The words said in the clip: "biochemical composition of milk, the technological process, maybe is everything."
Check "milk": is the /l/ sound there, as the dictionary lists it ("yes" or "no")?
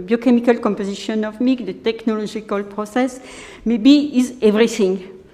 no